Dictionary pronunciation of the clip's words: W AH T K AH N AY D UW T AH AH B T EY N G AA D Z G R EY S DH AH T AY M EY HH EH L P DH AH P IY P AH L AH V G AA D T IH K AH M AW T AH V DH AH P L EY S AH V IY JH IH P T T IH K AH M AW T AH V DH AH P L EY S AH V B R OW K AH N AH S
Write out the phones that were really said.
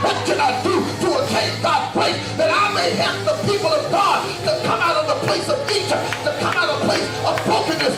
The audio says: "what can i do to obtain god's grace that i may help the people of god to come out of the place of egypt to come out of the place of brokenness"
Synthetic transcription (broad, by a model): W AH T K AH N AY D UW T AH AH T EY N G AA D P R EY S DH AH T AY M EY HH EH P DH AH P IY P L AH V G AA D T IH K AH M AW T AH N DH AH P L EY S AH V IY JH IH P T T IH K AH M AW T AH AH P L EY S AH V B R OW K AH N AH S